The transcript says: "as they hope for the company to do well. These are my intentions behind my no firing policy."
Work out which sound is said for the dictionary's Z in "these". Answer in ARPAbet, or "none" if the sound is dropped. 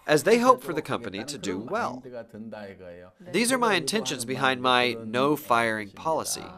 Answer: Z